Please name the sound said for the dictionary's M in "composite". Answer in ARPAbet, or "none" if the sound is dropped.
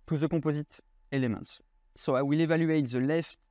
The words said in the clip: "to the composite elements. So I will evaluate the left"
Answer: none